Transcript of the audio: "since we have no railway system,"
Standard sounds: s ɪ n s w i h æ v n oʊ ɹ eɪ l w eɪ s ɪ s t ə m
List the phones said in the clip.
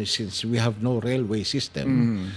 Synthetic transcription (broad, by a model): s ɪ n s w i h æ v n oʊ ɹ eɪ l w eɪ s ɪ s t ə m